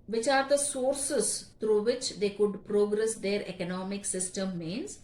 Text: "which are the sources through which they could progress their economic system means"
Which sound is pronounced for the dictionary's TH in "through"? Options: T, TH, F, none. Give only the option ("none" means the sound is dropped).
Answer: T